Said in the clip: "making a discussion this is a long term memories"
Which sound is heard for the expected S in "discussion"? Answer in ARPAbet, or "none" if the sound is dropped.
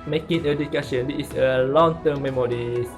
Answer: none